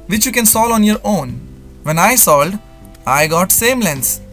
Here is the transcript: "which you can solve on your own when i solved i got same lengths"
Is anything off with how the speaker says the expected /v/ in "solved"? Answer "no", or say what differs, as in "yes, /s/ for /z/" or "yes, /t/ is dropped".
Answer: yes, /v/ is dropped